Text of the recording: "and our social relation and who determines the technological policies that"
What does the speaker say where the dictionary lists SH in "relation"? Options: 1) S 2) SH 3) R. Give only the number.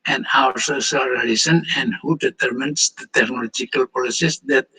1